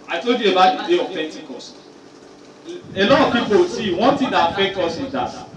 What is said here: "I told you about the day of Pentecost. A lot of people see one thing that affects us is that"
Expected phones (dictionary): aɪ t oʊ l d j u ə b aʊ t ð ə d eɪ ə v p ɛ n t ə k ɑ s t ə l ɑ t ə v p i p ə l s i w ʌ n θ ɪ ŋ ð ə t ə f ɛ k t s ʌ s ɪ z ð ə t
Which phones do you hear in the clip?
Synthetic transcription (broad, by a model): aɪ t oʊ l d j u ə b aʊ t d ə d eɪ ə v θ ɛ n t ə k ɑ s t ə l ɑ t ə v p i p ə w s i w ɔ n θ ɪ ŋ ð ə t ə f ɛ k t ɔ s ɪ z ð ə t